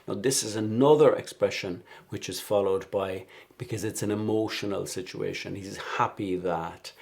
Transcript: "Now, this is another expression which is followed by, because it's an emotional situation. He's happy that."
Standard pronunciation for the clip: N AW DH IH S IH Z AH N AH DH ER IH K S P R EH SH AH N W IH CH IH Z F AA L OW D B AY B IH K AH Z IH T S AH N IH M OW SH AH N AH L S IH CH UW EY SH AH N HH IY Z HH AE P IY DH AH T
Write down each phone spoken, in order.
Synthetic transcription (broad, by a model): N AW DH IH S IH Z AH N AH DH ER IH K S P R EH SH AH N W IH CH IH Z F AA L OW D B AY B IH K AH Z IH T S AH N IH M OW SH AH N AH L S IH CH UW EY SH AH N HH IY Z HH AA P IY DH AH T